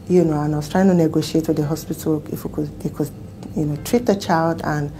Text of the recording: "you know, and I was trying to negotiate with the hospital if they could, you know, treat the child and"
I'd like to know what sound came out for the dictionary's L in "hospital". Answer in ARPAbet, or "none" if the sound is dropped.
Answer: W